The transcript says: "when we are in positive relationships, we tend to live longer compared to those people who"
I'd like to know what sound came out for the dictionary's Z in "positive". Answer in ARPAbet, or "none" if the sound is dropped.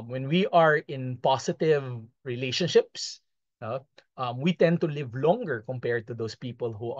S